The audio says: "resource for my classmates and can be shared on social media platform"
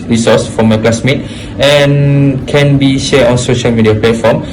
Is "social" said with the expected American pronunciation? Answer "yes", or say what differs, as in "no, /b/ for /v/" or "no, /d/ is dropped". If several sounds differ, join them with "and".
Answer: yes